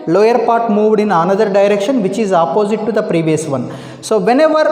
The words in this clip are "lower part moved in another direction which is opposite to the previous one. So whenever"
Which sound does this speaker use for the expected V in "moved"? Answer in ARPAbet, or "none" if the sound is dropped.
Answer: V